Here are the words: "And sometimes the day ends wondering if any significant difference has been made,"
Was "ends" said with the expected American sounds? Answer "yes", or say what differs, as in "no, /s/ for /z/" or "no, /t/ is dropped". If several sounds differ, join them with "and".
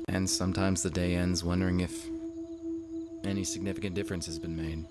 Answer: yes